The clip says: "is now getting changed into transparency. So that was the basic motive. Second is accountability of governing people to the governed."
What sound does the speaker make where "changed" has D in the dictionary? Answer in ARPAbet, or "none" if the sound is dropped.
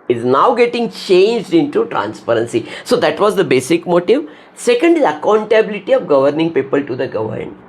D